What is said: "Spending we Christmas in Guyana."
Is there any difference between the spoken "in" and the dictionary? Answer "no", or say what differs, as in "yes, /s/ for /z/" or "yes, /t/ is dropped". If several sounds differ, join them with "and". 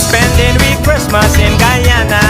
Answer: yes, /l/ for /n/